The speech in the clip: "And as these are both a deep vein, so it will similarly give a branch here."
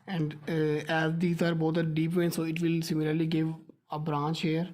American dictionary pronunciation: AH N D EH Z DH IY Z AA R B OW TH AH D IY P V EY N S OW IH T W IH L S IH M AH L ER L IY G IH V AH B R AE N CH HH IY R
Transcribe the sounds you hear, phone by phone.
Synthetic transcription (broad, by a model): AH N D EH Z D IY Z AA R B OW T AH D IY P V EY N S OW IH T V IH L S IH M AH L ER L IY G IH V AH B R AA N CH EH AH R